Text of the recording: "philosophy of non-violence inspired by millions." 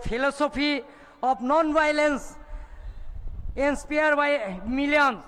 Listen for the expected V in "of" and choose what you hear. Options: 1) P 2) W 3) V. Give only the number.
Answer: 1